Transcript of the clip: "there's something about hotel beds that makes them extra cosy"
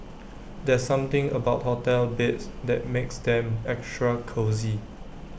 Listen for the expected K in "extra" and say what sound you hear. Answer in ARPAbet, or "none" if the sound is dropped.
K